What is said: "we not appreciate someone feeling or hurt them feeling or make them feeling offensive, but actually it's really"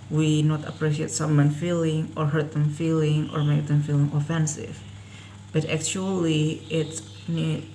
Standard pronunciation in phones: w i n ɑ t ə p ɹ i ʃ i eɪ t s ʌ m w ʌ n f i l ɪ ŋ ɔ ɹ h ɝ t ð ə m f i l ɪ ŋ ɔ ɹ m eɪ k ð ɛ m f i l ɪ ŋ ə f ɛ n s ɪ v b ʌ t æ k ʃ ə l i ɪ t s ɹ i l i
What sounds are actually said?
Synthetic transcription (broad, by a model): w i n ɑ t ə p ɹ i ʃ i eɪ t s ʌ m w ʌ n f i l ɪ ŋ ɔ ɹ h ɝ t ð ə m f i l ɪ ŋ ɔ ɹ m eɪ k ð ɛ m f i l ɪ ŋ ə f ɛ n s ɪ v b ʌ t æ k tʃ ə l i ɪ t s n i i